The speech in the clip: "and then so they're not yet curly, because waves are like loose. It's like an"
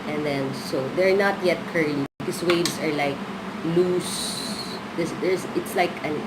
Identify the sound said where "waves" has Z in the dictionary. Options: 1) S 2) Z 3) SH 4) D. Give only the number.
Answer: 1